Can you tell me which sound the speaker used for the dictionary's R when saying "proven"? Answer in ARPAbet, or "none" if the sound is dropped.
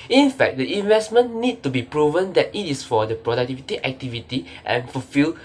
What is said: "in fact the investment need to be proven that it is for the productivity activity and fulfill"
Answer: R